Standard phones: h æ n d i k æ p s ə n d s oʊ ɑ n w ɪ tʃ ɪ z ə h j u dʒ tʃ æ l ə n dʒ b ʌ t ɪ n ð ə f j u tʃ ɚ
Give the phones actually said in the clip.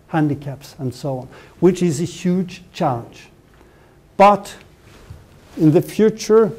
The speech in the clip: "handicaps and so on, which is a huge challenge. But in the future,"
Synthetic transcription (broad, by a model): h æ n d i k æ p s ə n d s oʊ ɑ n w ɪ tʃ ɪ z ə h j u dʒ tʃ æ l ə n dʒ b ʌ t ɪ n ð ə f j u tʃ ɚ